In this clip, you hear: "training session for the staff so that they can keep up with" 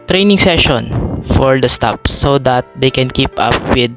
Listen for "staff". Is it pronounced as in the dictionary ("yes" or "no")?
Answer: no